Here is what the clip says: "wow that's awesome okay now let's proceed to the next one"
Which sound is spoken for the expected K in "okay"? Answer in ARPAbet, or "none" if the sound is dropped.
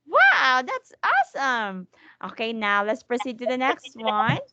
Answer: K